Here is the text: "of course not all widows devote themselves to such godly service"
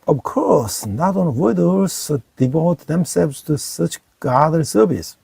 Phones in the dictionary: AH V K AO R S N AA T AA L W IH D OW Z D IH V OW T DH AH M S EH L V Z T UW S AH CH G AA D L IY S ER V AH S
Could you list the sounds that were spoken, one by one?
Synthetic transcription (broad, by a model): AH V K AO R S N AA T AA N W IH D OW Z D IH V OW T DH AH M S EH L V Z T UW S AH CH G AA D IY S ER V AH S